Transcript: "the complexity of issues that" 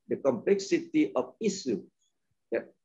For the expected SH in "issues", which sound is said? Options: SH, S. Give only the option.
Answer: S